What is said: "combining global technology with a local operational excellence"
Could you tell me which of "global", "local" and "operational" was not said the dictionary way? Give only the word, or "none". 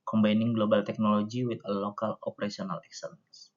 operational